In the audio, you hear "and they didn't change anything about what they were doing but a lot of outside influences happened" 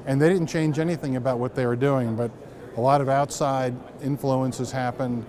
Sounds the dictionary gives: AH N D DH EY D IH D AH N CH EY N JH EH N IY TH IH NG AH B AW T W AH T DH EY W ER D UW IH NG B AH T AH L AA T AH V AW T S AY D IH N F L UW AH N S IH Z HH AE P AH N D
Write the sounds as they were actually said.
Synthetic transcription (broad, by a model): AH N DH EY D IH D N CH EY N JH EH N IY TH IH NG AH B AW T W AH T DH EY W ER D UW IH NG B AH T AH L AA T AH V AW T S AY D IH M F L UW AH N S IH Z HH AE P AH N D